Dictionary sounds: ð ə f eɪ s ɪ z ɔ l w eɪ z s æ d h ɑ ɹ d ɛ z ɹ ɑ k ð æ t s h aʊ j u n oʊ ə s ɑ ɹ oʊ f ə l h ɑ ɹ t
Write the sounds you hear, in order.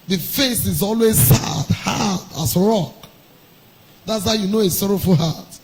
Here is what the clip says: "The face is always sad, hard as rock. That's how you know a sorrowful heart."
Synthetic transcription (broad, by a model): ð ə f eɪ s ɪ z ɔ l w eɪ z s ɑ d h ɑ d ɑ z ɹ ɑ k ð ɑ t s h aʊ j u n oʊ ə s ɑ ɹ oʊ f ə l h ɑ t